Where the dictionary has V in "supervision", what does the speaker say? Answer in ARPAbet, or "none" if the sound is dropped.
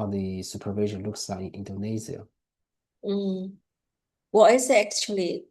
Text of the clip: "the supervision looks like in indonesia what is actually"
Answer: V